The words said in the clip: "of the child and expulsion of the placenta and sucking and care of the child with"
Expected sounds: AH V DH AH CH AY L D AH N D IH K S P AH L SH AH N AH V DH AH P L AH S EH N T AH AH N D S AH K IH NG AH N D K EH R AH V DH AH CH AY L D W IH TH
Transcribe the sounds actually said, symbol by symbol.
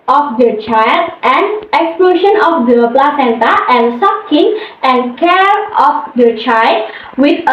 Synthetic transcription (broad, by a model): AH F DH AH CH AY L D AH N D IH K S P L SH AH N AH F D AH P L AH S EH N T AH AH N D S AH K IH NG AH N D K EH R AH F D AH CH AY L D W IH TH